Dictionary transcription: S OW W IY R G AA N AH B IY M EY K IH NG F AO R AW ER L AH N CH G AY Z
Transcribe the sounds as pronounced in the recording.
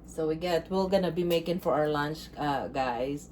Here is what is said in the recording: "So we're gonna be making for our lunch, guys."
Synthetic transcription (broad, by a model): S OW W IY L G AA N AH B IY M EY K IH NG F AO R AW ER L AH N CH G AY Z